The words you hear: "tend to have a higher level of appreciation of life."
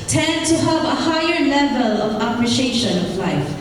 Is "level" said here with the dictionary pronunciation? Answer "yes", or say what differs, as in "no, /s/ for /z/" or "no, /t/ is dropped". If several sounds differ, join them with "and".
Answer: yes